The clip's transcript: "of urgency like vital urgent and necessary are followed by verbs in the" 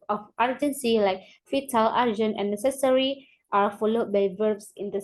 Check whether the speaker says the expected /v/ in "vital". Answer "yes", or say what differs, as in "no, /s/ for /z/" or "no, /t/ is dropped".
no, /f/ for /v/